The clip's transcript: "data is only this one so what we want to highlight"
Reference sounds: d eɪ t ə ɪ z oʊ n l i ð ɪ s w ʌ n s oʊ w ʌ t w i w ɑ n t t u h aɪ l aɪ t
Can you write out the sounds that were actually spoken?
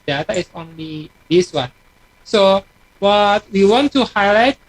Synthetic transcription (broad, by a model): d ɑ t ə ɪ s oʊ n l i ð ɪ s w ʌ n s oʊ w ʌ t w i w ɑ n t t u h aɪ l aɪ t